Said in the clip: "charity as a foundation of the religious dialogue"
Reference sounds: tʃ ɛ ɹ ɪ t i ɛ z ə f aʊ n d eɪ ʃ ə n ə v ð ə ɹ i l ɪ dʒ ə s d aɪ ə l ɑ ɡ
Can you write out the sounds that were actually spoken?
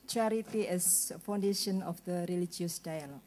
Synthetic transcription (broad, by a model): tʃ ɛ ɹ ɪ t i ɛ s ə f aʊ n d eɪ ʃ ə n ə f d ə ɹ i l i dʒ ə s d aɪ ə l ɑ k